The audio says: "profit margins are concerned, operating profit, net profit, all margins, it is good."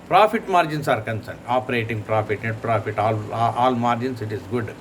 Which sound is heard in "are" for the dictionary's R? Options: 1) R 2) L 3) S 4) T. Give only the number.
1